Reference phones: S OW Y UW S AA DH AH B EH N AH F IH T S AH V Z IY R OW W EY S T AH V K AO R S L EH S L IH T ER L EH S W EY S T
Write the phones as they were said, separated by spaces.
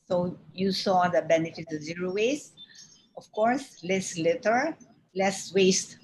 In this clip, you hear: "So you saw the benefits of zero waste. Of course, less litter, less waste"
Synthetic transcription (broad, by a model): S OW Y UW S AA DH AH B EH N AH F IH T AH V Z IY R OW W EY S T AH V K AO R S L EH S L IH T ER L EH S W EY S T